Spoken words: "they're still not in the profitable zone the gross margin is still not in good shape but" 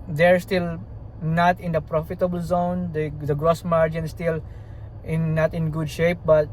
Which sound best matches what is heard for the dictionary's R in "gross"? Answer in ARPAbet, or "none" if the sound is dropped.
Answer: R